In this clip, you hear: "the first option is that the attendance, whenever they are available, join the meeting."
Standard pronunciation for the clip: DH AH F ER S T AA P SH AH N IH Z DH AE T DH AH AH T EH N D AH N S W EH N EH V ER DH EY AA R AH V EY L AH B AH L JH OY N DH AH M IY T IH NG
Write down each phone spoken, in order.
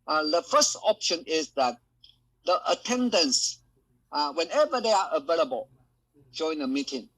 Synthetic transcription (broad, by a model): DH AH F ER S T AA P SH AH N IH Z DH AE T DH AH AH T EH N D AH N S W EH N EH V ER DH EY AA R AH V EY L AH B AH L JH OY N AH M IY T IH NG